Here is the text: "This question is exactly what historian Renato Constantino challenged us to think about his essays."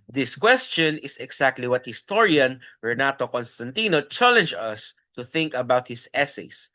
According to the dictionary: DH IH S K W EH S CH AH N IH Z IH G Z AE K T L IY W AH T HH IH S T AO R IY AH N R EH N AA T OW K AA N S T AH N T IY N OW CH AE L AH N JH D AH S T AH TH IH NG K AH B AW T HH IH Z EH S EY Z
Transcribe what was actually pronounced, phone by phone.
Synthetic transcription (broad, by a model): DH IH S K W EH S CH AH N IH S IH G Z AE K T L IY W AH T HH IH S T AO R IY AH N R EH N AA T OW K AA N S T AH N T IY N OW CH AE L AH N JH AH S T AH TH IH NG K AH B AW T HH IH S EH S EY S